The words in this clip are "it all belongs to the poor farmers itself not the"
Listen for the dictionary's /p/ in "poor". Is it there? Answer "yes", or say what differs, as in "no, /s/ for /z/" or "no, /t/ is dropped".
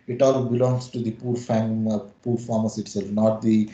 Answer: yes